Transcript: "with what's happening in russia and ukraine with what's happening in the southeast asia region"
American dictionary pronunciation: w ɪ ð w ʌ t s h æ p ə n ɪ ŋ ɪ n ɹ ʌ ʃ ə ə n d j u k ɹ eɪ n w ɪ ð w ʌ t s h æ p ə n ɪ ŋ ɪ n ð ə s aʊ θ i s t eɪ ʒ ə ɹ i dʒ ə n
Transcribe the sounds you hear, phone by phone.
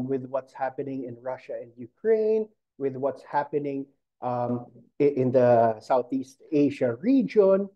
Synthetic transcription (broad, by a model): w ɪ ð w ʌ t s h æ p ə n ɪ ŋ ɪ n ɹ ʌ ʃ ə ə n d j u k ɹ eɪ n w ɪ ð w ʌ t s h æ p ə n ɪ ŋ ɪ n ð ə s aʊ θ i s t eɪ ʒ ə ɹ i dʒ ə n